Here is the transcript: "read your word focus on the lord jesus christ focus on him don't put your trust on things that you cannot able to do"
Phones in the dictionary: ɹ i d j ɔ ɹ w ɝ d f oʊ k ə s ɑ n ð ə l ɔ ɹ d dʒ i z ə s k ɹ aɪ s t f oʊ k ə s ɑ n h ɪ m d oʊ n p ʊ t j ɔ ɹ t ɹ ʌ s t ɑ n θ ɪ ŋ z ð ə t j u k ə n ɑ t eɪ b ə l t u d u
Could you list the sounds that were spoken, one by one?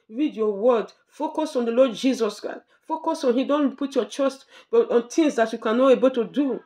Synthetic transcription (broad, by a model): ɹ i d j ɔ w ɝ d f oʊ k ə s ɑ n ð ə l ɔ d dʒ i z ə s k ɹ aɪ s t f oʊ k ə s ɑ n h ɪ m d oʊ n p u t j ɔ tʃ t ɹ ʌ s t ɑ n t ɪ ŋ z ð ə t j u k ə n ɑ t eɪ b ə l t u d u